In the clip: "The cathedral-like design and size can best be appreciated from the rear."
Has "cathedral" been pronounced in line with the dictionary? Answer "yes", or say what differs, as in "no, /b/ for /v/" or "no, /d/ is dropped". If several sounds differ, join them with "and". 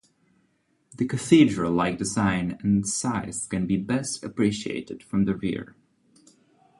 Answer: yes